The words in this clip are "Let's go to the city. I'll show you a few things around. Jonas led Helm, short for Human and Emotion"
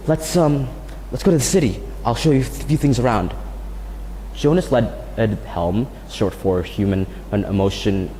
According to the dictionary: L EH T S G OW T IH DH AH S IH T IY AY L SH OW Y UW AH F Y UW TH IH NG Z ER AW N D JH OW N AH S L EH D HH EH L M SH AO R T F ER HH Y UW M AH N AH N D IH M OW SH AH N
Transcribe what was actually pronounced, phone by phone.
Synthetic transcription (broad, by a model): L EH T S G OW T IH DH AH S IH T IY AY L SH OW Y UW AH F Y UW TH IH NG Z ER AW N D JH OW N AH S L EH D HH EH L M S AO R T F ER HH Y UW M AH N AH N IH M OW SH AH N